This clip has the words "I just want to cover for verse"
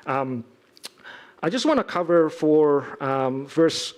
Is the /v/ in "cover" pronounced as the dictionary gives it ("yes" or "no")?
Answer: yes